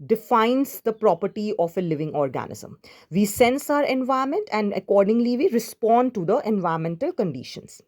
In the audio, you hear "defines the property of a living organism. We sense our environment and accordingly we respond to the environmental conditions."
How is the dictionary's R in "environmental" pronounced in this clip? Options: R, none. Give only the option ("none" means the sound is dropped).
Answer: none